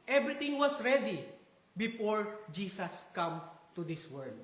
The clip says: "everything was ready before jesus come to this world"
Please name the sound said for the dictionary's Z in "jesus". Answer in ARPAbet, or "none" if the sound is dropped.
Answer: S